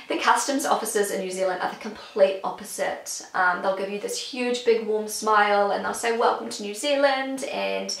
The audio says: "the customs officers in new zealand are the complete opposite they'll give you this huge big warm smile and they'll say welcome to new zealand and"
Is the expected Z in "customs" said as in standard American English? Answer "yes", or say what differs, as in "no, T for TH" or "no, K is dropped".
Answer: yes